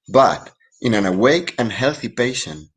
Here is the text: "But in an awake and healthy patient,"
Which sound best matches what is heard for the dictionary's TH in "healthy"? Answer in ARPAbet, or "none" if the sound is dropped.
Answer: TH